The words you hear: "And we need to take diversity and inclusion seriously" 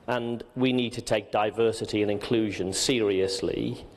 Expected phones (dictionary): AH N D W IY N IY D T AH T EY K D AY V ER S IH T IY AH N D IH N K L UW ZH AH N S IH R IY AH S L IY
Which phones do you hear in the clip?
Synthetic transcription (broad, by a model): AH N W IY N IY D T AH T EY K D AY V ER S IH T IY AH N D IH N K L UW ZH AH N S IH R IY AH S L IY